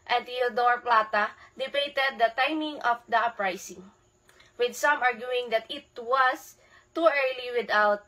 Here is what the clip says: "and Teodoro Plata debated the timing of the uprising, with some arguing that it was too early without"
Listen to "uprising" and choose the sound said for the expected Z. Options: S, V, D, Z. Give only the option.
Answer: S